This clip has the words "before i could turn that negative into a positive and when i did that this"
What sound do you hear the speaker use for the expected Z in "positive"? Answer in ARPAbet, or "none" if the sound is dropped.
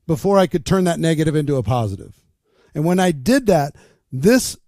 Z